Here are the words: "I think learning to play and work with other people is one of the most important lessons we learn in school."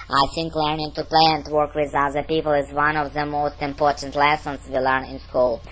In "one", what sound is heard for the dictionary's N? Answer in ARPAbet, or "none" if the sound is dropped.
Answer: N